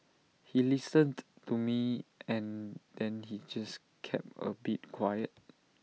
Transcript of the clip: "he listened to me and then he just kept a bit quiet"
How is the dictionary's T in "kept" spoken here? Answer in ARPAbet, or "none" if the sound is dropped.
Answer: none